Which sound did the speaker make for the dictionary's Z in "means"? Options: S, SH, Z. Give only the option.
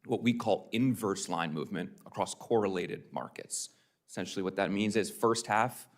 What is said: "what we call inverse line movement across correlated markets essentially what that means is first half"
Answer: Z